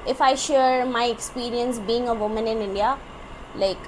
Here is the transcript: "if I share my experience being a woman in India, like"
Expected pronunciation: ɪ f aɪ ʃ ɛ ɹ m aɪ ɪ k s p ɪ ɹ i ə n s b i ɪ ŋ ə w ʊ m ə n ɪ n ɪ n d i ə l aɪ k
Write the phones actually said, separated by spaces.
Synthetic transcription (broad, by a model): ɪ f aɪ ʃ ɛ ɹ m aɪ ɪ k s p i ɹ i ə n s b i ɪ ŋ ə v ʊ m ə n ɪ n ɪ n d i ə l aɪ k